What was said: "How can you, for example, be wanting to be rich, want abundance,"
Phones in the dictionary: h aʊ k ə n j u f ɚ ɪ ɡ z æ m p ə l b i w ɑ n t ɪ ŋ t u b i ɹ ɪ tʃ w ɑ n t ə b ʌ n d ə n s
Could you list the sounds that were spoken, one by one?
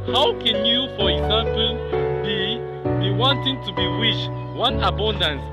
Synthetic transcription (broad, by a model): h aʊ k ə n j u f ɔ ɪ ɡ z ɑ m p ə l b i w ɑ n t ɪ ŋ t u b i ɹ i ʃ w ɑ n ə b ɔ n d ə n s